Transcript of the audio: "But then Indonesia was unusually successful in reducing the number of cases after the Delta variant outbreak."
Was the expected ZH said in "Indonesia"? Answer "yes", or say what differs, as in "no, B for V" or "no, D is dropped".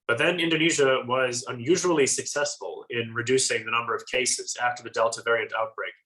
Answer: yes